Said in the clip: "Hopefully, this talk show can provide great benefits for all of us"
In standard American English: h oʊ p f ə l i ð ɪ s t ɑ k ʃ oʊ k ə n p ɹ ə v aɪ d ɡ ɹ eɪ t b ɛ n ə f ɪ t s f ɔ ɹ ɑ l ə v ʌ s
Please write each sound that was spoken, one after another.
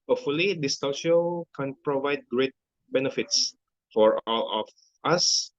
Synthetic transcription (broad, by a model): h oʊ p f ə l i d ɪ s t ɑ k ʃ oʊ k ə n p ɹ ə v aɪ d ɡ ɹ eɪ t b ɛ n ə f ɪ t s f ɔ ɹ ɑ l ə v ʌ s